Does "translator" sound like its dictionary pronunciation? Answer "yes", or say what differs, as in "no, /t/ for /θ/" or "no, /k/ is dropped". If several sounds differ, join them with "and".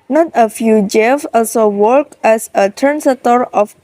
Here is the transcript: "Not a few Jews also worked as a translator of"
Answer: no, /l/ is dropped